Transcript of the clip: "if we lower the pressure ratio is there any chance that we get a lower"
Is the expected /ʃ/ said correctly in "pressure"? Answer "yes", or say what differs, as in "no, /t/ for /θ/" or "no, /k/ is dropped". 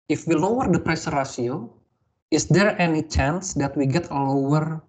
no, /s/ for /ʃ/